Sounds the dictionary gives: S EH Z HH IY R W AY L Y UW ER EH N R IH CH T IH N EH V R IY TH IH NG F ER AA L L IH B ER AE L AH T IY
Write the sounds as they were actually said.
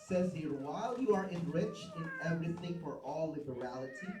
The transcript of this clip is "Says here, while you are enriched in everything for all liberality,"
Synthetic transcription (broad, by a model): S EH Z HH IY R W AY L Y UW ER EH N R IH CH T IH N EH V R IY TH IH NG F ER AA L L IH B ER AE L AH T IY